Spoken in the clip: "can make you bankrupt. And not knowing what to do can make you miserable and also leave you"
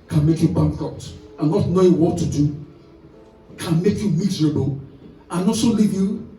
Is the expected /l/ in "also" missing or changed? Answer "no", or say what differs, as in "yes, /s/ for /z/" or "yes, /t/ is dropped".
yes, /l/ is dropped